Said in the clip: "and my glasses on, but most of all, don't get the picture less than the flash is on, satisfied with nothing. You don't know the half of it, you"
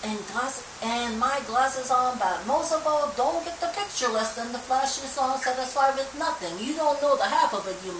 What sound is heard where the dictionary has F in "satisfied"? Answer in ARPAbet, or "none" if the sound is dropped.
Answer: none